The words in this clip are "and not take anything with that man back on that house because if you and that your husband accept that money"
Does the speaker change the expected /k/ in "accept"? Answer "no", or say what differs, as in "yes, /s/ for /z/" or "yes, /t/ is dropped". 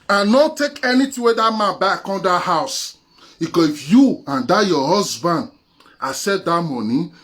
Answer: yes, /k/ is dropped